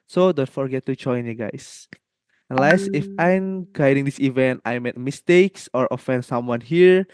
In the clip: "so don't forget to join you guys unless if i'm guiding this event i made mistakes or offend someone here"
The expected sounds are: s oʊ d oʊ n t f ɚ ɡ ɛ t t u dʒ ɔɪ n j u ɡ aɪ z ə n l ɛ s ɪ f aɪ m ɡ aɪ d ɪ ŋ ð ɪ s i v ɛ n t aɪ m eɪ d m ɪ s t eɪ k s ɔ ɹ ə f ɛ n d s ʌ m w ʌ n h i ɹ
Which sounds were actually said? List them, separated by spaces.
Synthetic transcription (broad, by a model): s oʊ d oʊ n t f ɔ ɡ ɛ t t u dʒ ɔɪ n j u ɡ aɪ s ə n l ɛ s ɪ f aɪ m ɡ aɪ d ɪ ŋ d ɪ s i v ɛ n t aɪ m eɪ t m ɪ s t eɪ k s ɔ ɹ ə f ɛ n d s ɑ m w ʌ n h i ɹ